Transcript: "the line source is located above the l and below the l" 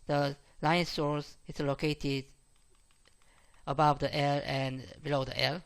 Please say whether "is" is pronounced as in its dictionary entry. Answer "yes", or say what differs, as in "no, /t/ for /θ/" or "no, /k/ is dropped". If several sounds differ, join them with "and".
no, /s/ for /z/